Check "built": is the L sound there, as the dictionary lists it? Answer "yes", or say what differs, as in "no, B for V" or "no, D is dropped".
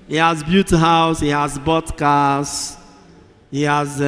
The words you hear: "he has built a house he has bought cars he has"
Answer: no, L is dropped